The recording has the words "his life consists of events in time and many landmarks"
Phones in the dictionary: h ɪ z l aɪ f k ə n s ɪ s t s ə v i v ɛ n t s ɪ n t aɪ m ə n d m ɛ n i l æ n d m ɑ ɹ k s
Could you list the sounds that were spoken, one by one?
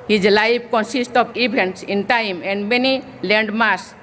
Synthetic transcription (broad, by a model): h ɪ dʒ l aɪ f k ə n s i s t ə b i b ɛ n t s ɪ n t aɪ m ə n d m ɛ n i l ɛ n d m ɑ ɹ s